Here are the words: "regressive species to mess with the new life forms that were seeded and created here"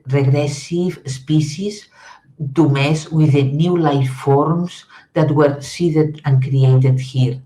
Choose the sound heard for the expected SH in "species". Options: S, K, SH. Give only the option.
S